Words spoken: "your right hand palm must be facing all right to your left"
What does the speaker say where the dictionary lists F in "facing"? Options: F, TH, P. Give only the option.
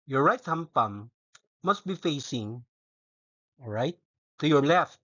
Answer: F